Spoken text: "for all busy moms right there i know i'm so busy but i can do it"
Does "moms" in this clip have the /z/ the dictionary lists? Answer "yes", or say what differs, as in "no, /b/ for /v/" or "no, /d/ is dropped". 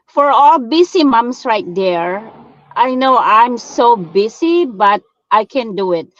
no, /s/ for /z/